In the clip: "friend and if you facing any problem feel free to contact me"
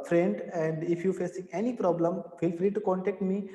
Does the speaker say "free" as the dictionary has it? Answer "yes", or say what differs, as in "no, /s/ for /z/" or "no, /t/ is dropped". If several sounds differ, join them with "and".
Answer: yes